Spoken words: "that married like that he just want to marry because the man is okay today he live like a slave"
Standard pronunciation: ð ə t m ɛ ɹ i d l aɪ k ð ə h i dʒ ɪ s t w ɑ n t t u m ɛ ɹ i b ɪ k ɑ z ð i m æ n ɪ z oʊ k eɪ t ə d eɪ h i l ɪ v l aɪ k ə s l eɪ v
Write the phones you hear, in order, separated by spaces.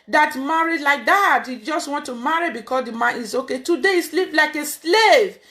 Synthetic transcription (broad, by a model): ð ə t m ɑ ɹ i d l aɪ k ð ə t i dʒ ɪ s t w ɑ n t t u m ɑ ɹ i b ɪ k ɑ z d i m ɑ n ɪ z oʊ k eɪ t ə d eɪ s l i p l aɪ k ə s l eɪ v